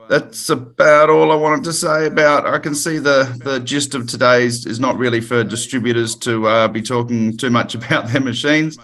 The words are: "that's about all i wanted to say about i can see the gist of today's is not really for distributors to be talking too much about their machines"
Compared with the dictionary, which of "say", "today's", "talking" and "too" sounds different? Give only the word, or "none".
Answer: none